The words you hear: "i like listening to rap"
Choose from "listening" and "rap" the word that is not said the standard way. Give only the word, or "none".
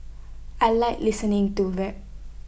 rap